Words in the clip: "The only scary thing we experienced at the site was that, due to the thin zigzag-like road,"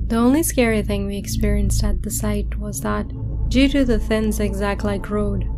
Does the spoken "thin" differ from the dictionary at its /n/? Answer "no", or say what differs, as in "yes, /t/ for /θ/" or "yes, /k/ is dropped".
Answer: no